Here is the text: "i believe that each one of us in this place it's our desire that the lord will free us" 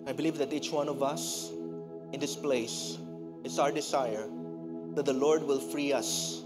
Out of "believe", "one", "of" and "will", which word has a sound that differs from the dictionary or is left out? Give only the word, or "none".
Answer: none